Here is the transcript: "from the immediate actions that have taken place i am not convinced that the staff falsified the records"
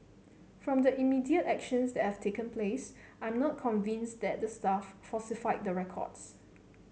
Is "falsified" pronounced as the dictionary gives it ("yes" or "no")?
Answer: no